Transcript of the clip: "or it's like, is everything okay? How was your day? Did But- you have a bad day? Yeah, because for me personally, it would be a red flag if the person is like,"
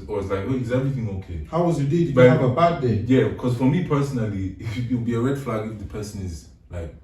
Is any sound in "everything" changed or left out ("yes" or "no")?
no